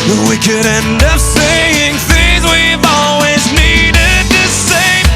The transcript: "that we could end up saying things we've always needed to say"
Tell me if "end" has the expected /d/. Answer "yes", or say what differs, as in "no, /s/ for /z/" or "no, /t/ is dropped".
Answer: yes